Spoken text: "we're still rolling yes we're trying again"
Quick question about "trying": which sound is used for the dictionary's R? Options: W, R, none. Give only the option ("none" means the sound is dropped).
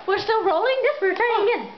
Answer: none